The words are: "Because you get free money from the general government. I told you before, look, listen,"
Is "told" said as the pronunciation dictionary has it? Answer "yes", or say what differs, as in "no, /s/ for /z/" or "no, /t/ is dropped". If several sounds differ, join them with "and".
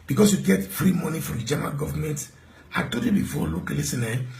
no, /l/ is dropped